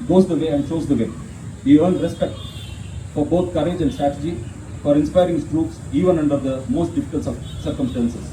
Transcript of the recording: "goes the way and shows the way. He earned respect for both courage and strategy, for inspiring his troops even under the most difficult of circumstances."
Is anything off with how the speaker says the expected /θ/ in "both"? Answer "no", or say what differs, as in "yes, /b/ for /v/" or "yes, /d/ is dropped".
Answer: yes, /t/ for /θ/